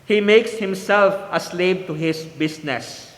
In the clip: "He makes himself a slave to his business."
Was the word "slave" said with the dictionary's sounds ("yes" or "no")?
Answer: no